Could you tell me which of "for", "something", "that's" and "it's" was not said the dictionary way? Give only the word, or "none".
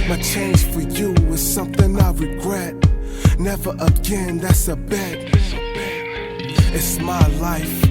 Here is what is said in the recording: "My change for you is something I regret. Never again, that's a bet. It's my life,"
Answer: none